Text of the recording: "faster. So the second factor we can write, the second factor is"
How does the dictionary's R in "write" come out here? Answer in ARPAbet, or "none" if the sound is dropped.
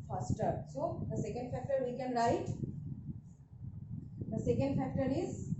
L